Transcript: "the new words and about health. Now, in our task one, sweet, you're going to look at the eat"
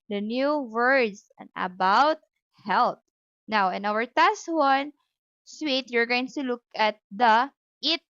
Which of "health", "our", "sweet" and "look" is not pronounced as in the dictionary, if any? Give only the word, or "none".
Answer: health